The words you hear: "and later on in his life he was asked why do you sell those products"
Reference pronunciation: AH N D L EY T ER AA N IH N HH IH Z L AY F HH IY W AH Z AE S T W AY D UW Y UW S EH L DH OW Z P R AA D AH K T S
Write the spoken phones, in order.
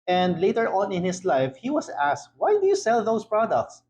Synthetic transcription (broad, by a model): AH N D L EY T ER AA N IH N HH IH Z L AY F HH IY W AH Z AE S T W AY D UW Y UW S EH L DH OW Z P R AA D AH K T S